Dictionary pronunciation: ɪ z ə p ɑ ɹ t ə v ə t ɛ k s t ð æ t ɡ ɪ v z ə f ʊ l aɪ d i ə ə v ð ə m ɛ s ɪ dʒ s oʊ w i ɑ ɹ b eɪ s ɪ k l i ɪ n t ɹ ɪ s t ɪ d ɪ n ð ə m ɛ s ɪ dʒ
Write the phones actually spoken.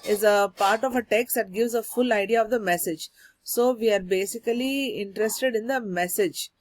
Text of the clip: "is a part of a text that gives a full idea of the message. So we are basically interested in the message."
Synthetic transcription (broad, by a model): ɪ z ə p ɑ ɹ t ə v ə t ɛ k s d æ t ɡ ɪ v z ə f ʊ l aɪ d i ə ə v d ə m ɛ s ɪ dʒ s oʊ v i ɑ ɹ b eɪ s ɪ k l i ɪ n t ɹ ɪ s t ɪ d ɪ n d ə m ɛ s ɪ dʒ